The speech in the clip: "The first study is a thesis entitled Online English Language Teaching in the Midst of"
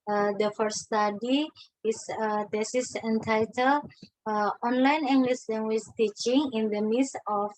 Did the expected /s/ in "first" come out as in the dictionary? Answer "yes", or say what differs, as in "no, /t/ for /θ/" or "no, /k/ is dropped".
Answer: no, /s/ is dropped